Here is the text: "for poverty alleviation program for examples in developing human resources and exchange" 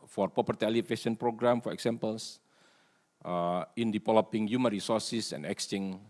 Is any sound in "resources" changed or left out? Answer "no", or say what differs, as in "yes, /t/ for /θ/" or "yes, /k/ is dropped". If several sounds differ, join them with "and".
yes, /s/ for /z/